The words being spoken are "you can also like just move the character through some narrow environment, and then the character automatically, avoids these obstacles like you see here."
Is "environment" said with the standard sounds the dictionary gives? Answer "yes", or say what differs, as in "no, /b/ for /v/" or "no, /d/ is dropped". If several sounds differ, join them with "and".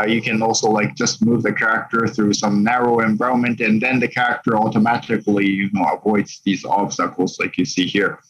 no, /ɹ/ is dropped